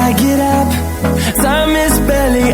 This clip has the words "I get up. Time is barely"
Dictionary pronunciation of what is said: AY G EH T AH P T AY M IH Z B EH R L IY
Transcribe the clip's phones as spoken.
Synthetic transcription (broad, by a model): AY G EH T AH P S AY M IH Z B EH L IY